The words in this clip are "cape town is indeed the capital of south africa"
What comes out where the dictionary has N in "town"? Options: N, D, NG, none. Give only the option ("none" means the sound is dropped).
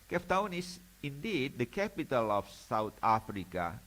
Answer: N